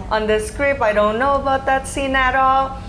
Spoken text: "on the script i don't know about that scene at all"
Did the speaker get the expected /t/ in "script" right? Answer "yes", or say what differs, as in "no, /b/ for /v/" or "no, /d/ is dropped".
no, /t/ is dropped